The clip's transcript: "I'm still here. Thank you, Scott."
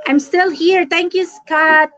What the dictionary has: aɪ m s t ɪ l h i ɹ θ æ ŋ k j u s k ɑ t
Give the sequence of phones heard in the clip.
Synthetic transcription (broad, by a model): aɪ m s t ɪ l h i ɹ t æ ŋ k j u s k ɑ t